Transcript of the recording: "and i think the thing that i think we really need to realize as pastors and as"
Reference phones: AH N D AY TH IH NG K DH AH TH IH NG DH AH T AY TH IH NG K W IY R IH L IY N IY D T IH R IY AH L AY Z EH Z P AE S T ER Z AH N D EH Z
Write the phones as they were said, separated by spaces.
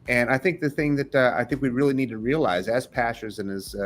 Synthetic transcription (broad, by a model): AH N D AY TH IH NG K DH AH TH IH NG DH AH T AY TH IH NG K W IY R IH L IY N IY D T IH R IY AH L AY Z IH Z P AE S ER Z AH N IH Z